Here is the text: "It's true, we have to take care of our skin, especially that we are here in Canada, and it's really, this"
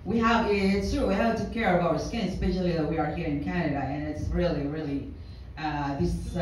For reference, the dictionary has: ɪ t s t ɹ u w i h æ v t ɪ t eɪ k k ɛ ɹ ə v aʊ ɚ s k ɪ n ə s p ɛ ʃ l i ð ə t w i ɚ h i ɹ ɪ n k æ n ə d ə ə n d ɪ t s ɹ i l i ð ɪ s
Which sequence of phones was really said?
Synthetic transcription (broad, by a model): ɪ t s t ɹ u w i h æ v t ɪ t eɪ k k ɛ ɹ ə v aʊ ɚ s k ɪ n s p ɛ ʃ l i ð ə t w i ɚ h i ɹ ɪ n k æ n ə d ə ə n ɪ t s ɹ i l i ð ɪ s